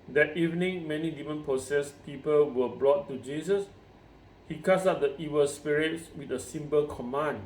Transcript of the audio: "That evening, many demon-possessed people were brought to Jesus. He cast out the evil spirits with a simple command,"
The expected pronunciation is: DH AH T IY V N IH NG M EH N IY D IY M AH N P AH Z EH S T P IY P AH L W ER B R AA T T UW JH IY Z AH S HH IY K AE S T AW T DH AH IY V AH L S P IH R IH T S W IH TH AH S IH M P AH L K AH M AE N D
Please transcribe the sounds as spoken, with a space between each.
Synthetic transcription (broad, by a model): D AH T IY V N IH NG M EH N IY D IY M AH N P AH S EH S P IY P AH L W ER B L AA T T UW JH IY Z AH S HH IY K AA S AW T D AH IY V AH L S P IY R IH T S W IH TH AH S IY M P AH L K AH M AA N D